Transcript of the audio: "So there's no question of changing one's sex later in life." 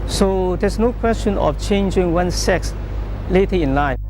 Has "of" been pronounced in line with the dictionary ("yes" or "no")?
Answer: no